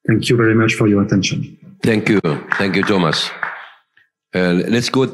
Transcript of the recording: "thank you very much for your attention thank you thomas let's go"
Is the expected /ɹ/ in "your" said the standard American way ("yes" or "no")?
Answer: yes